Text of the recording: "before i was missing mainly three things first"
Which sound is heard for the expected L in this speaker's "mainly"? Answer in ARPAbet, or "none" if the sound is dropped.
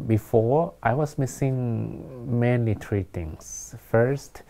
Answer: none